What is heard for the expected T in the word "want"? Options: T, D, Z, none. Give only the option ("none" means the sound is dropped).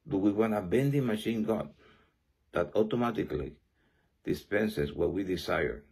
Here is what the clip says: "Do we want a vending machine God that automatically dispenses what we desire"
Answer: none